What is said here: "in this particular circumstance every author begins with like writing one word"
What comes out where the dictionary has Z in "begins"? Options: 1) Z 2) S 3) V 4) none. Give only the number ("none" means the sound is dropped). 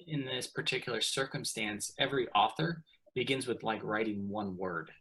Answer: 1